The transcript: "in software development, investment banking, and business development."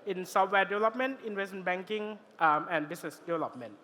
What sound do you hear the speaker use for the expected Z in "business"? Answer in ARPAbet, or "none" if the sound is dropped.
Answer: S